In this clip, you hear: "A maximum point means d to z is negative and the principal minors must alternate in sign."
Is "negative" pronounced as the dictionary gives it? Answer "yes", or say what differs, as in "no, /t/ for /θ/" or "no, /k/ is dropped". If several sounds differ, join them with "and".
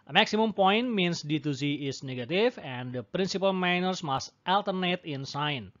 no, /f/ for /v/